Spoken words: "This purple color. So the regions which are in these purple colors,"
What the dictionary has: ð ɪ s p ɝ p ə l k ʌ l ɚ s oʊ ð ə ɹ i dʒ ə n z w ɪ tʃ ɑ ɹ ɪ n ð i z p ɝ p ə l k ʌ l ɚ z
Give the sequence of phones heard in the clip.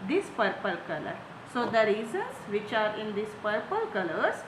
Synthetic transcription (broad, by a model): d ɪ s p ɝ p ə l k ʌ l ɚ s oʊ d ə ɹ i z ə n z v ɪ tʃ ɑ ɹ ɪ n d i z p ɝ p ə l k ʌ l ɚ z